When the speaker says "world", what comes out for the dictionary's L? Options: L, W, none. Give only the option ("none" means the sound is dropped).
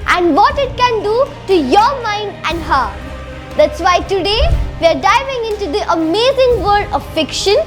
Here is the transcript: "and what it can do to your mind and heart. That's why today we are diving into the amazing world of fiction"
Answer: none